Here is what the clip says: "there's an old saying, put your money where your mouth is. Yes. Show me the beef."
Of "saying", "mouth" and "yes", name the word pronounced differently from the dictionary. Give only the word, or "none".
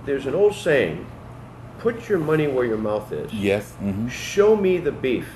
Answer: none